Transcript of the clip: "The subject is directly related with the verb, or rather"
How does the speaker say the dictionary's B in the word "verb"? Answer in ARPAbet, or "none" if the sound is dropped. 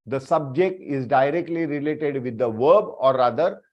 B